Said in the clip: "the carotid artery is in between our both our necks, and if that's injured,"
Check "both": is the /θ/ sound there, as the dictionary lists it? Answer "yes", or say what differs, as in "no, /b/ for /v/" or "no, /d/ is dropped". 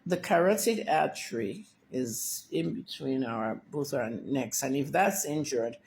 yes